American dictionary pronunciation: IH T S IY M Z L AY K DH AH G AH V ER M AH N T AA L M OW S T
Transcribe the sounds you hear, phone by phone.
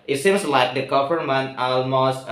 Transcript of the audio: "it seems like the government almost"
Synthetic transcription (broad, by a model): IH T S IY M S L AY K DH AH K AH P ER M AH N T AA L M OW S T